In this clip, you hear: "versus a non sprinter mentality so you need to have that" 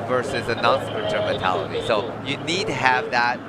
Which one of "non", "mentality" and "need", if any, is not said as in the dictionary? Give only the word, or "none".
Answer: mentality